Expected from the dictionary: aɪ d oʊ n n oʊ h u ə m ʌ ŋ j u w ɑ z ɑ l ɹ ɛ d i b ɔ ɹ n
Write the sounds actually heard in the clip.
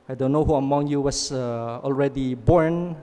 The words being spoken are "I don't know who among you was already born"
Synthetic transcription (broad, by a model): aɪ d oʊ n n oʊ h u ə m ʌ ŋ j u w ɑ s ɑ l ɹ ɛ d i b ɔ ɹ n